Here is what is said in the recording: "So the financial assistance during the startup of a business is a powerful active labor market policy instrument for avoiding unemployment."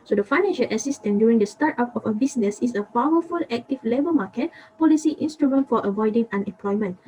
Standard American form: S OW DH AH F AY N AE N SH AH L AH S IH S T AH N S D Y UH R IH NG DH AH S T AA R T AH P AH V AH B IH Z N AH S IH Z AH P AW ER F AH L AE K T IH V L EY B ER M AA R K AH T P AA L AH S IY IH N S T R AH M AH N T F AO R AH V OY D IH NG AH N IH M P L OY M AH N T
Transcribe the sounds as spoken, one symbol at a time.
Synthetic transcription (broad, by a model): S OW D AH F AY N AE N SH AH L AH S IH S T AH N D Y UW R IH NG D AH S T AA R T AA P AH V AH B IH S N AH S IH S AH P AW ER F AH L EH K T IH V L EY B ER M AA K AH T P AA L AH S IY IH N S T R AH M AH N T F AO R AH V OY D IH NG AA N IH M P L OY M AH N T